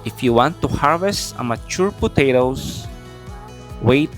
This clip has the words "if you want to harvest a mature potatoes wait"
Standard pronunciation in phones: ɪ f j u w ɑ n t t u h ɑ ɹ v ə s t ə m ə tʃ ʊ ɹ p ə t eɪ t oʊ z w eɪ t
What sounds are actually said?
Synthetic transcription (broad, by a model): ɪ f j u w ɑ n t t u h ɑ ɹ v ə s t ə m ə tʃ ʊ ɹ p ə t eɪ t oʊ s w eɪ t